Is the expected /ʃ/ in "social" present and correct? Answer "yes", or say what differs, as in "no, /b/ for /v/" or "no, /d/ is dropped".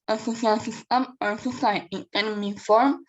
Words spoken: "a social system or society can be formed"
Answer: no, /s/ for /ʃ/